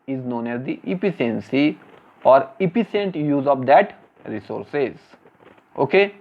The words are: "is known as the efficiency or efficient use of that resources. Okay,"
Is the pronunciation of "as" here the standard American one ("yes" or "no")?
yes